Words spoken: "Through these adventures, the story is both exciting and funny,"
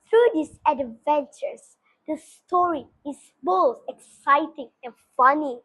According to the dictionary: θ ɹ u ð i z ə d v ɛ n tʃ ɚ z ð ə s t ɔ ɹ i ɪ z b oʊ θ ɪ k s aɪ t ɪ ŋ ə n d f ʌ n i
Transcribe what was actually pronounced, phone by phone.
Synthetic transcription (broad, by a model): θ ɹ u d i s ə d v ɛ n tʃ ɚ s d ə s t ɔ ɹ i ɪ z b oʊ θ ɪ k s aɪ t ɪ ŋ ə n f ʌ n i